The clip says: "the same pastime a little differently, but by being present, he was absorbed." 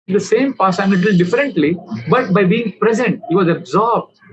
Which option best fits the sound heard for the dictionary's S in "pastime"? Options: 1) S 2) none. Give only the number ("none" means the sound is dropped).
2